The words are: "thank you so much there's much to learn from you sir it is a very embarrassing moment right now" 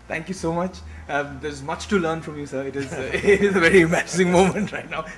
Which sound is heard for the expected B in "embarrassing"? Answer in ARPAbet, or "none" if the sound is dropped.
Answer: none